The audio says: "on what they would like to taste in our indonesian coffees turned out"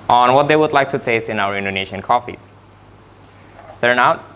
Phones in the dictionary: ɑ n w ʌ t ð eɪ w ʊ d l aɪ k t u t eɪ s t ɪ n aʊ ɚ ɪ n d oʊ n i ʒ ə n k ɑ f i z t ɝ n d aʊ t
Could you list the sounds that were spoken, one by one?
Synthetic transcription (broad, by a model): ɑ n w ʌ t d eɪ w ʊ d l aɪ k t u t eɪ s t ɪ n aʊ ɚ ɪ n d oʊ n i ʃ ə n k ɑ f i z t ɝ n aʊ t